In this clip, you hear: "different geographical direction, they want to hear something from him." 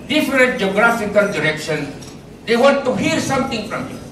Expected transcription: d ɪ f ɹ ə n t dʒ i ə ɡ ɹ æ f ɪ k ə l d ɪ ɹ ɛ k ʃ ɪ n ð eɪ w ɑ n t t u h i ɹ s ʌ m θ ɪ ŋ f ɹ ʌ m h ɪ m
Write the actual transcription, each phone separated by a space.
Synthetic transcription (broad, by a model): d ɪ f ɹ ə n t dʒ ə ɡ ɹ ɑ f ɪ k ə l d ɪ ɹ ɛ k ʃ ɪ n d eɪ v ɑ n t t u h i ɹ s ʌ m t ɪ ŋ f ɹ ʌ m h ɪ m